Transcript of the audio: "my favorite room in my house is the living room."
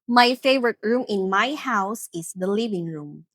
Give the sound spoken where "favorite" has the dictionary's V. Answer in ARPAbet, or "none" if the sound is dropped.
V